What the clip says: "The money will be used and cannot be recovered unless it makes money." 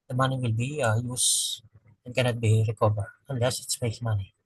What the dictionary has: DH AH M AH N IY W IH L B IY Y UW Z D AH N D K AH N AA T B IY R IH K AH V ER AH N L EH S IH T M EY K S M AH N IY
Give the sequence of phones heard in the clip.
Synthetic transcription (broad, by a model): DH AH M AH N IY W IH L B IY Y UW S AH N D K AH N AA T B IY R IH K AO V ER AH N L EH S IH T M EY S M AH N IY